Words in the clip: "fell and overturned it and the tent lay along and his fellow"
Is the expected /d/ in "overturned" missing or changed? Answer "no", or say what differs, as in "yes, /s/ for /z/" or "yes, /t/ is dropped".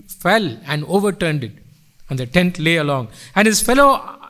no